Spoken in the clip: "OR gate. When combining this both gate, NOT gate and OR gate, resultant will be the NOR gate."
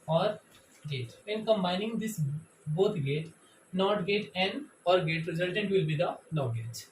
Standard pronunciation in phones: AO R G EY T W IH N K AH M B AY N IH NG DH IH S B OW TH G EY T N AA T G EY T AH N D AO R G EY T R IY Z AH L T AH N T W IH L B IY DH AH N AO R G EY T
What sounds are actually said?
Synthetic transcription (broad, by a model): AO R G EY T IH N K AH M B AY N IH NG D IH S B OW T G EY T N AA T G EY T AH N D AO R G EY T R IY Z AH L T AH N T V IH L B IY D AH L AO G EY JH